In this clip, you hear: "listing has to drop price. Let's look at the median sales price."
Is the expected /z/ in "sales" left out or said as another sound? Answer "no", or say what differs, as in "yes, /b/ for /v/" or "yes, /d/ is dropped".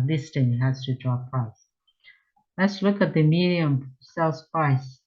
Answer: yes, /s/ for /z/